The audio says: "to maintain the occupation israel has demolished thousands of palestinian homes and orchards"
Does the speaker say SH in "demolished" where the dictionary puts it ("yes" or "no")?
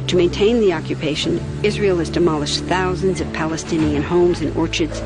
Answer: yes